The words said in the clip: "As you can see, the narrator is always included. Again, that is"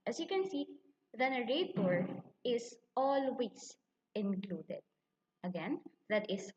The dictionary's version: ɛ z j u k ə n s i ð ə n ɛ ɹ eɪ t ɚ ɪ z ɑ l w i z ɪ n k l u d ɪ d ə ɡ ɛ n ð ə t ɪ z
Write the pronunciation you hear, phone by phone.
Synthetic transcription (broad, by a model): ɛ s j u k ə n s i ð ə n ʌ ɹ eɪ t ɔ ɪ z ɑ l w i s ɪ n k l u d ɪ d ə ɡ ɛ n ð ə t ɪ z